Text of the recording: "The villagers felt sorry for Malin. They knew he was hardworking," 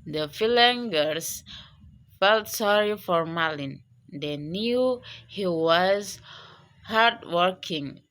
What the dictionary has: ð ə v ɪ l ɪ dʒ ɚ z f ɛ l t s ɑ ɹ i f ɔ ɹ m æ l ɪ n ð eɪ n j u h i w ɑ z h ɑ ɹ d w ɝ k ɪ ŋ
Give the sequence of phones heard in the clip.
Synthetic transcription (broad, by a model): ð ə f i l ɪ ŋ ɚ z f ɛ l t s ɑ ɹ i f ɔ ɹ m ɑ l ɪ n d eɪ n j u h i w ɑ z h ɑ ɹ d w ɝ k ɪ ŋ